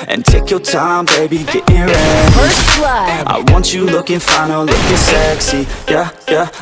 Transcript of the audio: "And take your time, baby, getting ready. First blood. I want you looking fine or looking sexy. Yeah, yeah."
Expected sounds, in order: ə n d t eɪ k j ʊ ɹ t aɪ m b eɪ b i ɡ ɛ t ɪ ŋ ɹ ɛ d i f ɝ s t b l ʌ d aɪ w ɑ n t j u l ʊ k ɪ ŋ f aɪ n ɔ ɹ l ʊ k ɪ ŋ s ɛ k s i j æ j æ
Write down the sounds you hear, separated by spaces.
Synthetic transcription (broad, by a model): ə n t eɪ k j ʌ ɹ t aɪ m b eɪ b i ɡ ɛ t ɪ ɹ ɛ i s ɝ t aɪ w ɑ n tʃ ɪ l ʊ k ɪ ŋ f aɪ n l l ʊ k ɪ s ɛ k s i j æ j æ